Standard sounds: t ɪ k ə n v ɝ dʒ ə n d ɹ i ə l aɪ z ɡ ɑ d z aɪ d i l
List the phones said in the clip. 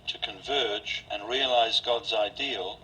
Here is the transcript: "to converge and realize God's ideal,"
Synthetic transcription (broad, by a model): t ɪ k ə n v ɝ dʒ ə n ɹ i ə l aɪ z ɡ ɑ d z aɪ d i l